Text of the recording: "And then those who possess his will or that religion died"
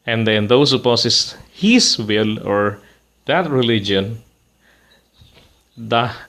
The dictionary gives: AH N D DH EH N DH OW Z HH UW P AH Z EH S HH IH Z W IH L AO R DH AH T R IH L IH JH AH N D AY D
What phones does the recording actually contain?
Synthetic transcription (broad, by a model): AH N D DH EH N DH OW S HH UW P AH S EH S HH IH S W IH L AO R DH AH T R IH L IH JH AH N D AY